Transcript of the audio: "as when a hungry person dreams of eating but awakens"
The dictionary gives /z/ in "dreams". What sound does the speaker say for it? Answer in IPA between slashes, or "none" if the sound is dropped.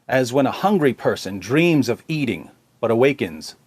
/z/